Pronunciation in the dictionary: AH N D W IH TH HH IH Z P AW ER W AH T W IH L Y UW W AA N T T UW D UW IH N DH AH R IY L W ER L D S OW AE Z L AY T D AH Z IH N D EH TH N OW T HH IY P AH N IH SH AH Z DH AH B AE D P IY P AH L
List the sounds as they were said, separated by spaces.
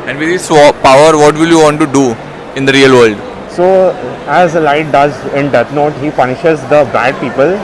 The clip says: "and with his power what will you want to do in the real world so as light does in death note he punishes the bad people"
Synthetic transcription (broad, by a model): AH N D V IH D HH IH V P AW ER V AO T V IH L Y UW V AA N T T UW D UW IH N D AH R IY L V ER L D S OW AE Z L AY T D AH Z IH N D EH T N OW T HH IY P AH N IH SH AH Z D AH B AE D P IY P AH L